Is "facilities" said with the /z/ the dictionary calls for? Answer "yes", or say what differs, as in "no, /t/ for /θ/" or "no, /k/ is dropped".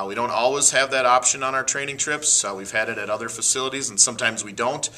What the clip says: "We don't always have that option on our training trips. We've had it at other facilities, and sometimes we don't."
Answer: yes